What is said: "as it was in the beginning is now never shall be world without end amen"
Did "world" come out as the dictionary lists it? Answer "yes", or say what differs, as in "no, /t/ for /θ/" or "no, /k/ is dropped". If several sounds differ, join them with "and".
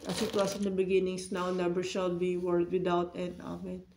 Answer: no, /l/ is dropped